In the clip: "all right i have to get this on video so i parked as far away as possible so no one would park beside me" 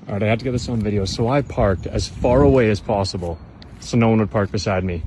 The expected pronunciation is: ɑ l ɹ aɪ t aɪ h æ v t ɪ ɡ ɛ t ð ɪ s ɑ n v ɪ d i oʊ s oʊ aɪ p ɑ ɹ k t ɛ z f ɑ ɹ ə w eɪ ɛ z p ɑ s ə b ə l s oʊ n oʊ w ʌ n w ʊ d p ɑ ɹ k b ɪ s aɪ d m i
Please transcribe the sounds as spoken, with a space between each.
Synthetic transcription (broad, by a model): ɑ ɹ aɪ ɪ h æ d t ɪ ɡ ɛ t ð ɪ s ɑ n v ɪ d i oʊ s oʊ aɪ p ɑ ɹ k t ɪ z f ɑ ɹ ə w eɪ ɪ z p ɑ s ə b ə l s oʊ n oʊ w ʌ n w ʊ d p ɑ ɹ k b ɪ s aɪ d m i